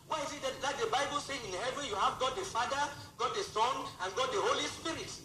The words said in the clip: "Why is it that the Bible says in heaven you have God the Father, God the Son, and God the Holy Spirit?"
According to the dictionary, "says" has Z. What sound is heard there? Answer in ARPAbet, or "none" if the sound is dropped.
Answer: none